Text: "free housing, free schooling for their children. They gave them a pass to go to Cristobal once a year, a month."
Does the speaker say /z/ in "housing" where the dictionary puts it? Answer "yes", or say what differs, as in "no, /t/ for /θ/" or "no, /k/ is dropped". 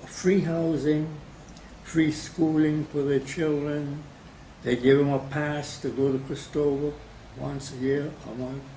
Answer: yes